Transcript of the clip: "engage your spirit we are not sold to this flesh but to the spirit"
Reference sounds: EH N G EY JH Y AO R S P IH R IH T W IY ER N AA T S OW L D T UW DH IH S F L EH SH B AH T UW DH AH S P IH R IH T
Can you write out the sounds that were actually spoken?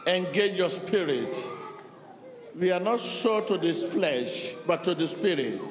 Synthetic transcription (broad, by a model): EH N G EY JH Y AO S P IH R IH T W IY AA N AA T SH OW T UW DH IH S F L EH SH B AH T UW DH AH S P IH R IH T